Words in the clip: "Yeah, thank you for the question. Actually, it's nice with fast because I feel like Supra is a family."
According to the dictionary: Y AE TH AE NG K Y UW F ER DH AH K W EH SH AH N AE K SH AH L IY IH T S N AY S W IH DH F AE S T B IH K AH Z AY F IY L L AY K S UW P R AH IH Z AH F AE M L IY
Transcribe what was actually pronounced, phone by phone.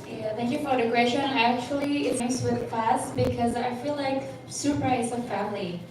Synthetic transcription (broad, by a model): Y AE TH AE NG K Y UW F ER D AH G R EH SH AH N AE K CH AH L IY IH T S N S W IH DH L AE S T B IH K AH Z AY F IY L L AY K S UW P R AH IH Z AH F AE M L IY